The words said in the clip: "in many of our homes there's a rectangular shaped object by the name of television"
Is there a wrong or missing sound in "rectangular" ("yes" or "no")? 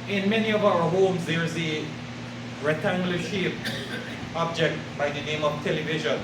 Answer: yes